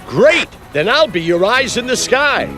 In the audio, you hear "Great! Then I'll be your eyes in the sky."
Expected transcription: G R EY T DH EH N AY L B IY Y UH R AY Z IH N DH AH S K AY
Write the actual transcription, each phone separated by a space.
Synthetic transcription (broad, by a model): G R EY T DH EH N AY L B IY Y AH R AY Z IH N DH AH S K AY